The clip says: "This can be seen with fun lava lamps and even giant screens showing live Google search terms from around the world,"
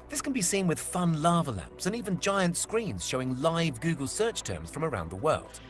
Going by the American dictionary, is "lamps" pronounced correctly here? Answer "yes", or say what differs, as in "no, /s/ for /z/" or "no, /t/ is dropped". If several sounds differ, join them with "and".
yes